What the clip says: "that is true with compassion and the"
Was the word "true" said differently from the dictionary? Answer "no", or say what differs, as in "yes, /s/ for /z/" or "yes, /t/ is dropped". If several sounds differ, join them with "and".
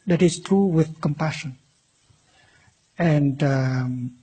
no